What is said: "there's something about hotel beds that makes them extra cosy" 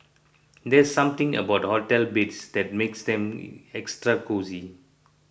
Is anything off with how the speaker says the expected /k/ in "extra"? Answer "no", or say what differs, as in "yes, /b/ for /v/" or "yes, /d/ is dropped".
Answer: no